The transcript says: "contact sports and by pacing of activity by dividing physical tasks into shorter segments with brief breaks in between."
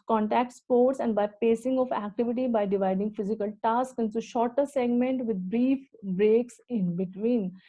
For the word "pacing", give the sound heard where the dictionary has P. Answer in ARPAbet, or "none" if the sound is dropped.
P